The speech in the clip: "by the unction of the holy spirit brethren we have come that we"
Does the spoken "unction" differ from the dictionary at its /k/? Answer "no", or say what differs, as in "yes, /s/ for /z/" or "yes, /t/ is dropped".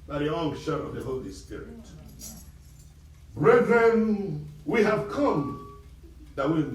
yes, /k/ is dropped